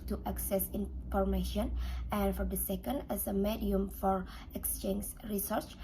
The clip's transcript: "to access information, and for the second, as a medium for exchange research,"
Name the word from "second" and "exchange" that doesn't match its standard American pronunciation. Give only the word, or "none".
none